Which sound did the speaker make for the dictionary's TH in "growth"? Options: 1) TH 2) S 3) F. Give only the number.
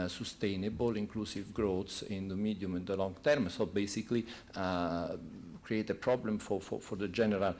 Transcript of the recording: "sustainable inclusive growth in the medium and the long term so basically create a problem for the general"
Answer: 2